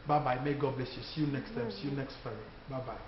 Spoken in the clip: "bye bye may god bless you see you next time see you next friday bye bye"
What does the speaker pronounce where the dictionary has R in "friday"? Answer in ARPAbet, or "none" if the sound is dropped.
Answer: none